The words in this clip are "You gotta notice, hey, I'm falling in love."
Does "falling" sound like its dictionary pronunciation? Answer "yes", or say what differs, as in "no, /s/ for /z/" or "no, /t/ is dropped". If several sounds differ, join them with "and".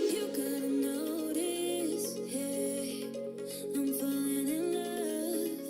no, /l/ is dropped